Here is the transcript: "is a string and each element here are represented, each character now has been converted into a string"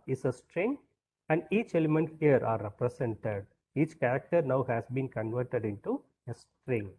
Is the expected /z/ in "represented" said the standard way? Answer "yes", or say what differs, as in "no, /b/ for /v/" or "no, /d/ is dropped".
no, /s/ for /z/